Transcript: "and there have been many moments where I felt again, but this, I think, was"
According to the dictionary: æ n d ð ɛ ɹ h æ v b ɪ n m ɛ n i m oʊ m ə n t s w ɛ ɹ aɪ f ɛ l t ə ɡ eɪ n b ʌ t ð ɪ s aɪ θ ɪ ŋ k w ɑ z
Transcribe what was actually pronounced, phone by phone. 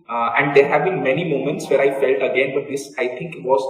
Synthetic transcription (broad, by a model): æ n d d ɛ ɹ h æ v b ɪ n m ɛ n i m oʊ m ə n t s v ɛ ɹ aɪ f ɛ l t ə ɡ eɪ n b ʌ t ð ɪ s aɪ t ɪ ŋ k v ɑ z